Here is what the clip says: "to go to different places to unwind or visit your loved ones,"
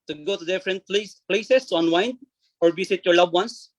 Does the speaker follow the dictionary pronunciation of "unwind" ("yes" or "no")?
no